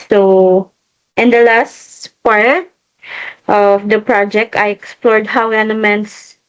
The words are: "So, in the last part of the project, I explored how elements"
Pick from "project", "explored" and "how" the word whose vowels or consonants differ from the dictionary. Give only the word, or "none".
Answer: none